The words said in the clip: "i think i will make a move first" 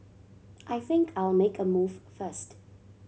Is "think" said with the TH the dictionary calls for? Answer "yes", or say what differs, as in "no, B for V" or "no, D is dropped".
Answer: yes